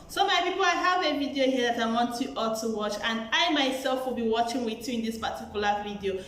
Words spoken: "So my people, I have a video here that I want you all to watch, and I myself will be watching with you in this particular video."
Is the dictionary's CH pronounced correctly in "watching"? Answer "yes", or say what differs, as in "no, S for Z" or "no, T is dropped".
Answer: yes